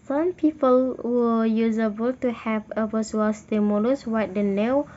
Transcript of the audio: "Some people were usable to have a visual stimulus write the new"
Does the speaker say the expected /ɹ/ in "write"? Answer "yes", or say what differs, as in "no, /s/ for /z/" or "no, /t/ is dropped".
no, /w/ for /ɹ/